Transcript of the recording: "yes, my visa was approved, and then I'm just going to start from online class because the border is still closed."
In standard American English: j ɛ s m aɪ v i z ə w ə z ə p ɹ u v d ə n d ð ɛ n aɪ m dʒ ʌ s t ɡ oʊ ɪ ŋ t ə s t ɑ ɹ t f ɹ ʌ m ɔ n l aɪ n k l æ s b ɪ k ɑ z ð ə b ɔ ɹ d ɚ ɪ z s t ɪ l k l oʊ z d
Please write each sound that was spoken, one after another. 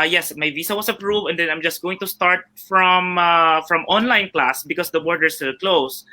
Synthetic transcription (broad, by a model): j ɛ s m aɪ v i s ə w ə s ə p ɹ u v d ə n d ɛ n aɪ m dʒ ʌ s t ɡ oʊ ɪ ŋ t ə s t ɑ ɹ t f ɹ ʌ m ɔ n l aɪ n k l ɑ s b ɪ k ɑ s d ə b ɔ ɹ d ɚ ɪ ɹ s t ɪ l k l oʊ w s